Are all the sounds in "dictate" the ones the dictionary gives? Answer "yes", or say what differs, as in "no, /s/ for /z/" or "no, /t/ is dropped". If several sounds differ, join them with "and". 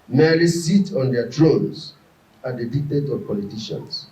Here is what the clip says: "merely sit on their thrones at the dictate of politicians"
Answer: yes